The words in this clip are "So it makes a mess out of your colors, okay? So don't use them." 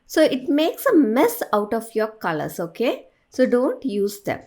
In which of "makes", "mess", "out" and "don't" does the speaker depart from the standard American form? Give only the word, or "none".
none